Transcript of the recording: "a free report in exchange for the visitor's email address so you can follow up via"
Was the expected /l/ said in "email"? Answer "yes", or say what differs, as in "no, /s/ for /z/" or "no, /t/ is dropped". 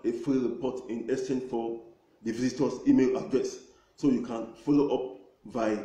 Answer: yes